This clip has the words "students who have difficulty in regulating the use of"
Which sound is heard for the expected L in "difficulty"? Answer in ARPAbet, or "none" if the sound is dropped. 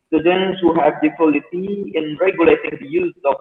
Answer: none